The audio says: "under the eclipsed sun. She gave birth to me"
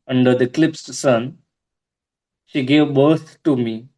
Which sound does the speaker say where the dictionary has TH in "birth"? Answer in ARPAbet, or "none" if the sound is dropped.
T